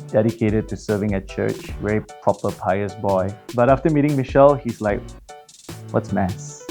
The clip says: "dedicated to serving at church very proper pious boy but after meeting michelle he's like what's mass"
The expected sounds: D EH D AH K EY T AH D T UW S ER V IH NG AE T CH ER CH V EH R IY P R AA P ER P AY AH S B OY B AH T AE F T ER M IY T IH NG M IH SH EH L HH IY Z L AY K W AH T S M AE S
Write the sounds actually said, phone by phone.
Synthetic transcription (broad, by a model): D EH D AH K EY T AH D T UW S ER V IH NG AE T CH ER CH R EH IY P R AA P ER P AY AH S B OY B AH T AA F T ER M IY T IH NG M IH SH EH L HH IY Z L AY K W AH T S M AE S